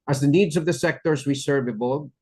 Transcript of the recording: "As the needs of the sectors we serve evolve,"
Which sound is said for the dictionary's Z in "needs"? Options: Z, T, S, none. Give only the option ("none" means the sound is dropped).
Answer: Z